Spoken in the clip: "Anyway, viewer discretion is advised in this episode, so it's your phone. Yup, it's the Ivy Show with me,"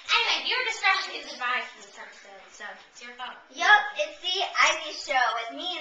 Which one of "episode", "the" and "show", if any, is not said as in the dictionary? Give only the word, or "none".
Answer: episode